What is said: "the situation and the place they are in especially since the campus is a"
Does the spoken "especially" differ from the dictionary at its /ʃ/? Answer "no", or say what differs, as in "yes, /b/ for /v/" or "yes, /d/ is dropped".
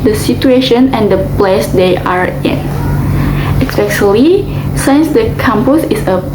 yes, /s/ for /ʃ/